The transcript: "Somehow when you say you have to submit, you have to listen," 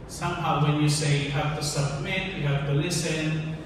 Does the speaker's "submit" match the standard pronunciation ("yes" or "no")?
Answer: yes